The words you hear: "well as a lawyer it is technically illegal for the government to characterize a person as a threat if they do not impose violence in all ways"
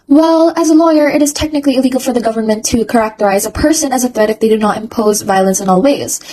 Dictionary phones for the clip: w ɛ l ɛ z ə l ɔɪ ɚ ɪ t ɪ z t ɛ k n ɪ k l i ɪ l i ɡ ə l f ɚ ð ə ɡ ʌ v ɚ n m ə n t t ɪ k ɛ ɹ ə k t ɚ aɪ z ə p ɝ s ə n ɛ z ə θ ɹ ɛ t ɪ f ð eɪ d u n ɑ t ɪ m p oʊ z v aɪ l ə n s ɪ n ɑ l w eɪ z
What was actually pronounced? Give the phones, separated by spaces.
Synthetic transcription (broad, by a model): w ɛ l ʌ z ə l ɔɪ ɚ ɪ t ɪ z t ɛ k n ɪ k l i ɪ l i ɡ l f ɚ ð ə ɡ ʌ v ɚ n m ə n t t ɪ k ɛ ɹ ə k t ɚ aɪ z ə p ɝ s ə n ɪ z ə θ ɹ ɛ t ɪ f ð eɪ d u n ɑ t ɪ m p oʊ z v aɪ l ə n s ɪ n ɑ l w eɪ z